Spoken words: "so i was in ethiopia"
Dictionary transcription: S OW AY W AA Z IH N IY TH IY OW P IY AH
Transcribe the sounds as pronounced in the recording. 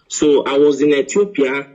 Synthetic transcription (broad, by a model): S OW AY W AA Z IH N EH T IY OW P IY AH